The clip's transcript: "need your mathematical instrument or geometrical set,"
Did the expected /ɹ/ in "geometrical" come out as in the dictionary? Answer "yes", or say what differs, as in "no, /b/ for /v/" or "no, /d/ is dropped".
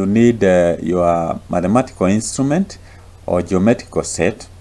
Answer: no, /ɹ/ is dropped